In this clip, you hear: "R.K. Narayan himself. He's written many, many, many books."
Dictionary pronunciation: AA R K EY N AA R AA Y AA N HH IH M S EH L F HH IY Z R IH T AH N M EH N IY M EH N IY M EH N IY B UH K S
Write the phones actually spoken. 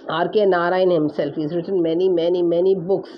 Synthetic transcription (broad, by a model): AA R K EY N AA R AA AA N HH IH M S EH L F HH IY Z R IH T AH N M EH N IY M EH N IY M EH N IY B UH K S